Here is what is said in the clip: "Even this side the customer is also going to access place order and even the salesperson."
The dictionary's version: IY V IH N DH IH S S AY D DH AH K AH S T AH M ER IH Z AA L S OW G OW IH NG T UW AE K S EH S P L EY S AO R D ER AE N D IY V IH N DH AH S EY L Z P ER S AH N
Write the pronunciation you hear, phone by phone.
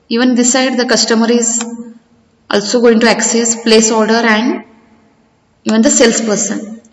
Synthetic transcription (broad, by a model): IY V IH N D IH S S AY D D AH K AH S T AH M ER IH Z AA L S OW G OW IH NG T UW AE K S EH S P L EY S AO R D ER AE N D IY V IH N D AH S EY L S P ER S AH N